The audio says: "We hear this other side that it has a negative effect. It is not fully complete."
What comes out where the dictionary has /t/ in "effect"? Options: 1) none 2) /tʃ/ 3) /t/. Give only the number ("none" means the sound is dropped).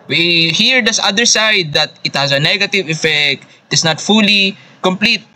3